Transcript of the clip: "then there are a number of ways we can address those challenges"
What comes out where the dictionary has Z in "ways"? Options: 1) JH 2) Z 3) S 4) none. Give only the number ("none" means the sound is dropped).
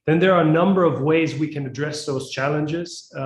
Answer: 2